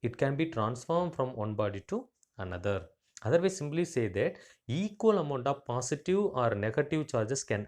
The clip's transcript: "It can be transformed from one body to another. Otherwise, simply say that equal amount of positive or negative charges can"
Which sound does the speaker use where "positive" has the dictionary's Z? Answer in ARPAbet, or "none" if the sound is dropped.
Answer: S